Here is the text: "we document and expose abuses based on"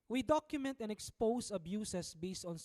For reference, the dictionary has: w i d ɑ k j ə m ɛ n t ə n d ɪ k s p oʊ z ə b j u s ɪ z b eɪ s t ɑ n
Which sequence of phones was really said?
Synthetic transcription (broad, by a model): w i d ɑ k j ə m ɛ n t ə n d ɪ k s p oʊ s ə b j u s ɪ s b eɪ s t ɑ n